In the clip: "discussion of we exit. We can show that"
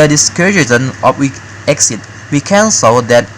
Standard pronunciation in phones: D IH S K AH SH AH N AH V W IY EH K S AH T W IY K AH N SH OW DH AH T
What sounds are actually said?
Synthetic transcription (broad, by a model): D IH S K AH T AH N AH F W IY EH K S AH T W IY K AH N S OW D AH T